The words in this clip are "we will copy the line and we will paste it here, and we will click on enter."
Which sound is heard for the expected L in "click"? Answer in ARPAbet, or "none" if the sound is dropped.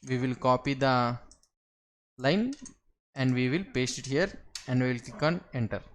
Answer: none